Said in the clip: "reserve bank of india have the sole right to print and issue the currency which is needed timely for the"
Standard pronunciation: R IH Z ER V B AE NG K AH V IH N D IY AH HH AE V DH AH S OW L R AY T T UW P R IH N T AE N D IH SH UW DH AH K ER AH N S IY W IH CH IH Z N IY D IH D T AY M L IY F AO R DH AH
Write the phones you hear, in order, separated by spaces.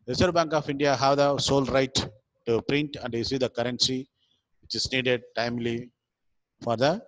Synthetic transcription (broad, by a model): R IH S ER B AE NG K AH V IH N D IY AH HH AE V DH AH S OW L R AY T T UW P R IH N T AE N D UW S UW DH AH K ER AH N S IY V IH CH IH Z N IY D IH D T AY M L IY F AO R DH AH